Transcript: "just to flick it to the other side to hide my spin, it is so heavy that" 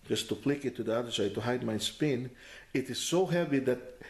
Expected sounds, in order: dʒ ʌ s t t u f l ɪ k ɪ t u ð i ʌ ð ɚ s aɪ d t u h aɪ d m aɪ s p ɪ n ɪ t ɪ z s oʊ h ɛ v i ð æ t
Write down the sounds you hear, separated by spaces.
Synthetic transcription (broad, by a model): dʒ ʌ s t t u p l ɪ k ɪ t u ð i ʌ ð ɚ s aɪ d t u h aɪ d m aɪ s p ɪ n ɪ t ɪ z s oʊ h ɛ v i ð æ t